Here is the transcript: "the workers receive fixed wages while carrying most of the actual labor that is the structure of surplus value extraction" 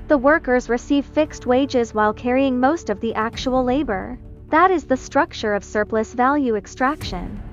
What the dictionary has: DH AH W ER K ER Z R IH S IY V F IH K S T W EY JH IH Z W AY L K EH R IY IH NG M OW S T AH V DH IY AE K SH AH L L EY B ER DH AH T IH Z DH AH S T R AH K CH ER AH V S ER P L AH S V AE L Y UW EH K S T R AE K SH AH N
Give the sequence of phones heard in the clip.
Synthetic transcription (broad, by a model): DH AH W ER K ER Z R IH S IY V F IH K S T W EY JH IH Z W AY L K EH R IY IH NG M OW S T AH V DH IY AE K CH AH L L EY B ER DH AH T IH Z DH AH S T R AH K CH ER AH V S ER P L AH S V AE L Y UW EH K S T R AE K SH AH N